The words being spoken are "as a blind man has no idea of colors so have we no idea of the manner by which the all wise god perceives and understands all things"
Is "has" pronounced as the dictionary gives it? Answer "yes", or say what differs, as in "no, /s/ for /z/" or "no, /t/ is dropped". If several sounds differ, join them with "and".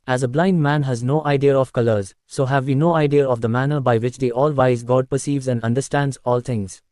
yes